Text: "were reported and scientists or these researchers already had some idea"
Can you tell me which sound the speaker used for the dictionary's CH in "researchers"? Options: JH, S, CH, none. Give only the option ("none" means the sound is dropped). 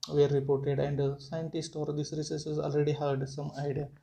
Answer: S